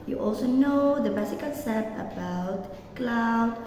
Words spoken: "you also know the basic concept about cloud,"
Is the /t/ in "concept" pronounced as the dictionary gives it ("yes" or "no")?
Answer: no